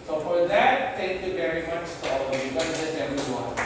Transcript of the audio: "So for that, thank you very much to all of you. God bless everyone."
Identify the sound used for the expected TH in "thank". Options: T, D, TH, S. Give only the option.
T